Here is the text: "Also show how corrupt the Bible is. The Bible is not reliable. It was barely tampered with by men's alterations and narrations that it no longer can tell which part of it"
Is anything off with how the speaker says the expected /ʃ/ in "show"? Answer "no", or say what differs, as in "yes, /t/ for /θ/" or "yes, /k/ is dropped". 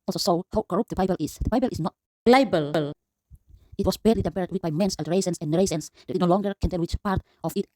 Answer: yes, /s/ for /ʃ/